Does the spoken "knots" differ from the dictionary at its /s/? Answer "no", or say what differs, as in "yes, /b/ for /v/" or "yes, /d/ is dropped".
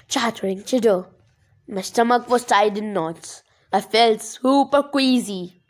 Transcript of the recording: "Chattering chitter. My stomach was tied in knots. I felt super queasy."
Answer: yes, /s/ is dropped